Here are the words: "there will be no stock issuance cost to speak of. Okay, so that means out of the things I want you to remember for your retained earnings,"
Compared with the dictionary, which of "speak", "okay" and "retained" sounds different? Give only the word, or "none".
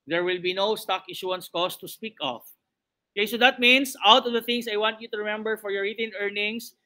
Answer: retained